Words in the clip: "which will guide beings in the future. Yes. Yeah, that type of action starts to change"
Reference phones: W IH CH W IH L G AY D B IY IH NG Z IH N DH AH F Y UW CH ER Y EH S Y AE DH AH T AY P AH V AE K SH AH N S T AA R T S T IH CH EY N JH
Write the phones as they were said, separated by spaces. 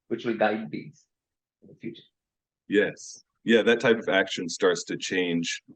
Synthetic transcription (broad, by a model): W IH CH W IH L G AY D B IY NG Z IH N DH AH F Y UW CH ER Y EH S Y AE DH AH T AY P AH V AE K SH AH N S T AA R T S T IH CH EY N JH